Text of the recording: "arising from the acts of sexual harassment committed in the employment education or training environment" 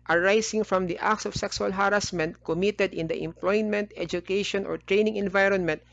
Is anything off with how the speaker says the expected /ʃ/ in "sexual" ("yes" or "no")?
yes